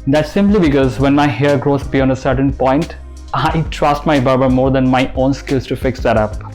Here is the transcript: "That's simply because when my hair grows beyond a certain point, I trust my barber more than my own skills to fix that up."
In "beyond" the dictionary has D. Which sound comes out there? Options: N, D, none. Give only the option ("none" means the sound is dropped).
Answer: none